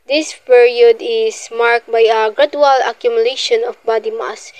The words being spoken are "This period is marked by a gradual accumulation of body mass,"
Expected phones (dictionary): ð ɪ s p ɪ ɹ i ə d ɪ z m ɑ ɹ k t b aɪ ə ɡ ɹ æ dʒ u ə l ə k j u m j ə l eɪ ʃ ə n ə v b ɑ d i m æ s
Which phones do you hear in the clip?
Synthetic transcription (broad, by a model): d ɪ s p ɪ ɹ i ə d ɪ s m ɑ ɹ k t b aɪ ə ɡ ɹ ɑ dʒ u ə l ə k j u m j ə l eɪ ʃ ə n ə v b ɑ d i m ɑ s